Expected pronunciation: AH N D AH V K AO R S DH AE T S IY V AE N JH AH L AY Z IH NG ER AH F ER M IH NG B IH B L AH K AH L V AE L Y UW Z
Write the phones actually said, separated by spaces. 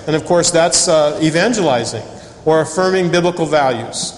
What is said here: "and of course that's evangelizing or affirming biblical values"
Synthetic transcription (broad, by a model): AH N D AH V K AO R S DH AE T S IY V AE N JH AH L AY Z IH NG ER AH F ER M IH NG B IH B L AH K L V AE L Y UW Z